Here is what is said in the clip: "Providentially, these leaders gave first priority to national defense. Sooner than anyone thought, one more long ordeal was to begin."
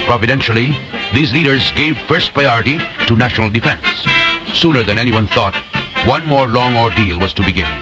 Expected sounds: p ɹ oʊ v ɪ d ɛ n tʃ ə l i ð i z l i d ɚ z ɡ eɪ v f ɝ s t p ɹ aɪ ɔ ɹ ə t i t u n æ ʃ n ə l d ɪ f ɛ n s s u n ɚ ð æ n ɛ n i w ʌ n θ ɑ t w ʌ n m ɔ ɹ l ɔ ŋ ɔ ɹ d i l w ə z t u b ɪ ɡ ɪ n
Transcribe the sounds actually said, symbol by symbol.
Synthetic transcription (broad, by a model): p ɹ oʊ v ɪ d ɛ n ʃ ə l i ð i z l i d ɚ z ɡ eɪ v f ɝ s t p ɹ aɪ ɔ ɹ ə t i t u n æ ʃ n ə l d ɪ f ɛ n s s u n ɚ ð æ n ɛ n i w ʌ n θ ɑ t w ʌ n m ɔ ɹ l ɔ ŋ ɔ ɹ d i l w ə z t u b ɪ ɡ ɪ n